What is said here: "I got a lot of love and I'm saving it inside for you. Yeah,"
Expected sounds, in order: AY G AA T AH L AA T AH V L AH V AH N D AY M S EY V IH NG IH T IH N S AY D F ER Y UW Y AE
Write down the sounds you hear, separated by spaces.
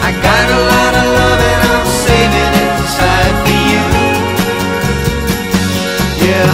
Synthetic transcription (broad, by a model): AY G AA T AH L AA T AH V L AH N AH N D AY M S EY IH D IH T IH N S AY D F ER Y UW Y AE